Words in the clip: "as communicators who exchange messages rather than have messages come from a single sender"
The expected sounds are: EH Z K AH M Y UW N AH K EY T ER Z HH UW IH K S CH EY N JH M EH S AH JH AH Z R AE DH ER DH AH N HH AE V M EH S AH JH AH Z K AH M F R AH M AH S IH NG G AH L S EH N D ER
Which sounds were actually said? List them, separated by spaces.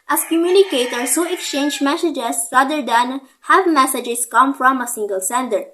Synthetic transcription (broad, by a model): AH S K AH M Y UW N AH K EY T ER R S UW IH K S CH EY N JH M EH S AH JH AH S R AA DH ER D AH N HH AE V M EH S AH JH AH S K AH M F R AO M AH S IH NG G AH L S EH N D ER